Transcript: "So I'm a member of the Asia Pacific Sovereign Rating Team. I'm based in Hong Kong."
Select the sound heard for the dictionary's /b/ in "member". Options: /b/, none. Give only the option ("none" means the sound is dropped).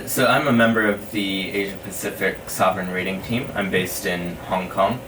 /b/